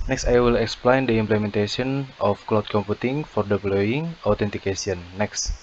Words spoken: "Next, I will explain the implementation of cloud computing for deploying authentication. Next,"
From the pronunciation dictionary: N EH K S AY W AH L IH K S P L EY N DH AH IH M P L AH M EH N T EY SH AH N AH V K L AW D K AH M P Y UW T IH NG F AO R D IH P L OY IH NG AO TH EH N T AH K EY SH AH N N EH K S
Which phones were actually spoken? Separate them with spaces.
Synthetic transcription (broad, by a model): N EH K S AY W AH L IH K S P L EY N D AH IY M P L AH M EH N T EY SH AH N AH F K L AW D K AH M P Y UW T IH NG F AO R D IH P L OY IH NG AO T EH N T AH K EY S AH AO N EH K S